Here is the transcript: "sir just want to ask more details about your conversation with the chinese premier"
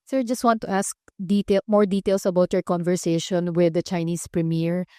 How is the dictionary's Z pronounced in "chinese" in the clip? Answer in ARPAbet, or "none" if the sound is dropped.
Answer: S